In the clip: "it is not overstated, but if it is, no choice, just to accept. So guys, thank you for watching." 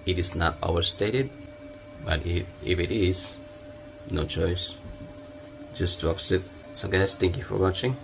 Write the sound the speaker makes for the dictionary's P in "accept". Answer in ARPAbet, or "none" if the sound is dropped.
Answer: none